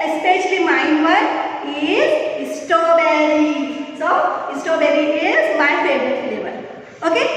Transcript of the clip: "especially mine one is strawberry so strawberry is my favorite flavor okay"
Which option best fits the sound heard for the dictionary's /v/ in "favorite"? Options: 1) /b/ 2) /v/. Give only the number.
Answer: 1